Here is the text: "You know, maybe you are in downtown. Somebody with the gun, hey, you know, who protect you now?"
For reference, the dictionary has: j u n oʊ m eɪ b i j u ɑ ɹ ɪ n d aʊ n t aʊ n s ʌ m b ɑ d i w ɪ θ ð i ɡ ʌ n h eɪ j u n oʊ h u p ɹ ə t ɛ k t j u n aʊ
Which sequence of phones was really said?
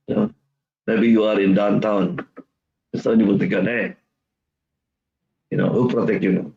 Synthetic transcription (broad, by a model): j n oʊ m eɪ b i j u ɑ ɹ ɪ n d aʊ n t aʊ n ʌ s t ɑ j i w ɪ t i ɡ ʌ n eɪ j u n oʊ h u p ɹ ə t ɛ k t j u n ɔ